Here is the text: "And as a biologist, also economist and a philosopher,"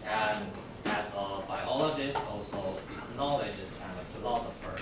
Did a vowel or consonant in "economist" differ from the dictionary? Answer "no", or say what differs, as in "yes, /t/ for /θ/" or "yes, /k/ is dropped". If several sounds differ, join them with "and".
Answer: yes, /l/ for /n/